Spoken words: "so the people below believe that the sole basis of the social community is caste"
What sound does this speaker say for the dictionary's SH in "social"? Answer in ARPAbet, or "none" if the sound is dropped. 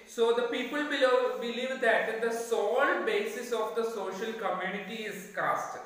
SH